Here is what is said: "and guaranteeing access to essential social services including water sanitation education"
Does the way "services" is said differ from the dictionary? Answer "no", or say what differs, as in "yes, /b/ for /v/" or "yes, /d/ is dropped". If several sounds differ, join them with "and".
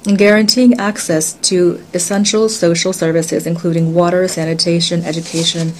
no